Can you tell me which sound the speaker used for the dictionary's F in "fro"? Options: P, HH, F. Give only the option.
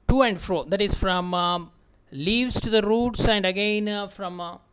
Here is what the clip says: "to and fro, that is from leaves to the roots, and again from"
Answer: F